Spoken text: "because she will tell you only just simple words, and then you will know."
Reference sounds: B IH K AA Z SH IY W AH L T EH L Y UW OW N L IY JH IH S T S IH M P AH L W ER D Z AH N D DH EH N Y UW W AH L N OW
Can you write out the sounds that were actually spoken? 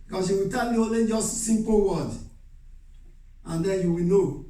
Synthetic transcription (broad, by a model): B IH K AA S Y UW W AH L T EH L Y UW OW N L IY JH IH S T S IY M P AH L W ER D AH N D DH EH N Y UW W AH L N OW